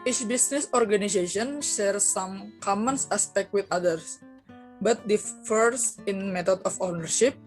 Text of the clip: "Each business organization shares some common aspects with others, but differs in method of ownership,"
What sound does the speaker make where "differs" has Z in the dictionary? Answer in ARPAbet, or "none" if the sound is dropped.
S